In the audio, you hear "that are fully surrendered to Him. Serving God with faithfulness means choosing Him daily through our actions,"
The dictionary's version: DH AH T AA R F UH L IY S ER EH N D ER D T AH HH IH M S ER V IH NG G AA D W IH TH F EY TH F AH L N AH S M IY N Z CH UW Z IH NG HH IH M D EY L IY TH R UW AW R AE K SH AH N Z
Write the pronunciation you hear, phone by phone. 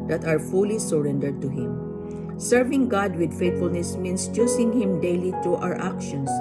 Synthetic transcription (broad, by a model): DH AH T AA R F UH L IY S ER EH N D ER D T AH HH IH M S ER V IH NG G AA D W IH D F EY T F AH L N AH S M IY N S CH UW S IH NG HH IH M D EY L IY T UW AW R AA K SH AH N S